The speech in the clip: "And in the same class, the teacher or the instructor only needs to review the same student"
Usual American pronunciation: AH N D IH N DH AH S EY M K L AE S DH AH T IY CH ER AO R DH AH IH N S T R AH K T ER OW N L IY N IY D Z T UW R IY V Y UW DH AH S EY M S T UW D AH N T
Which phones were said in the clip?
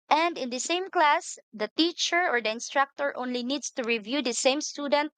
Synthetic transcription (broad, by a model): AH N D IH N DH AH S EY M K L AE S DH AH T IY CH ER AO R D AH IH N S T R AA K T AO OW N L IY N IY D S T UW R IY V Y UW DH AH S EY M S T UW D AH N T